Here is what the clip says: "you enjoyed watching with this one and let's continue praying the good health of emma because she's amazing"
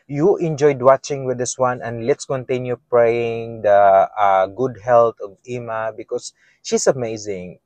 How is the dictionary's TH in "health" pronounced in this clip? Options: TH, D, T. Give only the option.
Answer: T